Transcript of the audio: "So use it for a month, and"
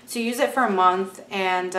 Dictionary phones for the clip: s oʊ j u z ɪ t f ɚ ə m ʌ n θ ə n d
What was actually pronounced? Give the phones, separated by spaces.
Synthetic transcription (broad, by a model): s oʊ j u z ɪ t f ɚ ə m ʌ n θ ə n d